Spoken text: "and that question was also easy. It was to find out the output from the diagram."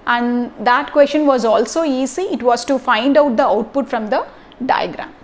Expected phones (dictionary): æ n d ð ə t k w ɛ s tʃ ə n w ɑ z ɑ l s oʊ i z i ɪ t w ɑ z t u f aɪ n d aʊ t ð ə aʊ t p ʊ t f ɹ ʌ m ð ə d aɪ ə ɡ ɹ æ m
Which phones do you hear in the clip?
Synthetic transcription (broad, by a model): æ n d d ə t k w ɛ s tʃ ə n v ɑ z ɑ l s oʊ i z i ɪ t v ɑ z t u f aɪ n d aʊ t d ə aʊ t p ʊ t f ɹ ʌ m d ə d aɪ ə ɡ ɹ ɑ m